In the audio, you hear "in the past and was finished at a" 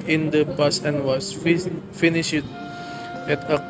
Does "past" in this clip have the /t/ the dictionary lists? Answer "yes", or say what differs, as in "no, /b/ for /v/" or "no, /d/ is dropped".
no, /t/ is dropped